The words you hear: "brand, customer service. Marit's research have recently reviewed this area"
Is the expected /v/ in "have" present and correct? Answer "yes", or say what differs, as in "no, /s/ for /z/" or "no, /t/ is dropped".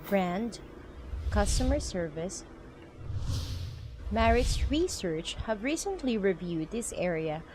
yes